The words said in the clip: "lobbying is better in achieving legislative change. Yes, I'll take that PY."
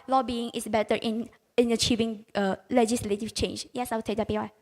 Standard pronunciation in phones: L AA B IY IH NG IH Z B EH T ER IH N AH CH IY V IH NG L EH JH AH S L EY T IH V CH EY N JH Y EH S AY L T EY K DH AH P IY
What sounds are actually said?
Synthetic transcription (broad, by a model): L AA B IY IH NG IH S B EH T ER IH N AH CH IY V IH NG L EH JH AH S L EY T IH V CH EY N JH Y EH S AY W T EY K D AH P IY